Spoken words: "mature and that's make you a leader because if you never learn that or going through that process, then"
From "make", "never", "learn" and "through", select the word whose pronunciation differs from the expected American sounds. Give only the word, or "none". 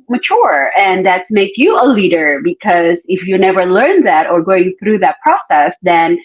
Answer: none